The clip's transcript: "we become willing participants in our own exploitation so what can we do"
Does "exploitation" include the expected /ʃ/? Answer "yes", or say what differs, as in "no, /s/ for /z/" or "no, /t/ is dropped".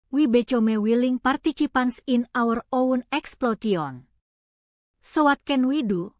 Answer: no, /ʃ/ is dropped